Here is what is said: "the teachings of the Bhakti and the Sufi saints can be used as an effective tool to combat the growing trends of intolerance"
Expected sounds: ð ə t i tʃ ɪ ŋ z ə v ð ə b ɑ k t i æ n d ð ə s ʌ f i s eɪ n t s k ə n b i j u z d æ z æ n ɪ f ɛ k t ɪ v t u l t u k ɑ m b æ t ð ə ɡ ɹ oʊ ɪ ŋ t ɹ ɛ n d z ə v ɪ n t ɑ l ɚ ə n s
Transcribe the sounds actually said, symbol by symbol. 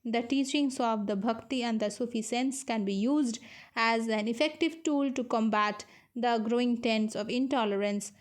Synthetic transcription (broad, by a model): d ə t i tʃ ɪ ŋ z ə v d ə b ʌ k t i æ n d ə s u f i s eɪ n s k ə n b i j u z d æ z æ n ɪ f ɛ k t ɪ v t u l t u k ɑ m b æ t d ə ɡ ɹ oʊ ɪ ŋ t ɛ n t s ə v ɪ n t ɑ l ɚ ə n s